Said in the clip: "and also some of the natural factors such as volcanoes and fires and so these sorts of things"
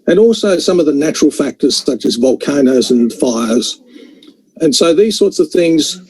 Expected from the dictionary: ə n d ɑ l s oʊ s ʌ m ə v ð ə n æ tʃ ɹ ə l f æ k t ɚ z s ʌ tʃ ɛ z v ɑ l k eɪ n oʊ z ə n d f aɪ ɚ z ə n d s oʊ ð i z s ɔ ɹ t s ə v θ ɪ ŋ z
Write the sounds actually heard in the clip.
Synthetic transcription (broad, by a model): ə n ɑ l s oʊ s ʌ m ə v ð ə n æ tʃ ɹ l f æ k t ɚ z s ʌ tʃ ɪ z v ɑ l k eɪ n oʊ z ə n f aɪ ɚ z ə n s oʊ ð i z s ɔ ɹ t s ə v θ ɪ ŋ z